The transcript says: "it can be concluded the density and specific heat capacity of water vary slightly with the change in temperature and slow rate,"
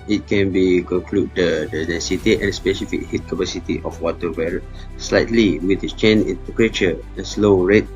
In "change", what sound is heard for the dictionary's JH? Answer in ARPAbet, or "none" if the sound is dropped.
none